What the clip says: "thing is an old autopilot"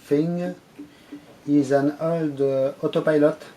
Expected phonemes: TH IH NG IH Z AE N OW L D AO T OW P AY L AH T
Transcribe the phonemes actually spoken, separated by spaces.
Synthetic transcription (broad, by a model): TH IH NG IH Z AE N OW L D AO T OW P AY L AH T